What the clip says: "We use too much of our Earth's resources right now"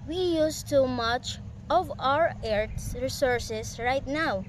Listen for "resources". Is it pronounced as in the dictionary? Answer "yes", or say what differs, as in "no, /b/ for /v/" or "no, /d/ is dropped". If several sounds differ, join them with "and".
no, /s/ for /z/